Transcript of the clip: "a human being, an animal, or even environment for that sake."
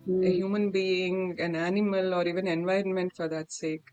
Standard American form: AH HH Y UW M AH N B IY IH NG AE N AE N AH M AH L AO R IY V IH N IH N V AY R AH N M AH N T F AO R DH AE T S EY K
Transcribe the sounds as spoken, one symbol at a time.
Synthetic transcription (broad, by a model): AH HH Y UW M AH N B IY IH NG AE N AE N AH M AH L AO R IY V IH N IH N V AY R AH N M AH N T F AO R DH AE T S EY K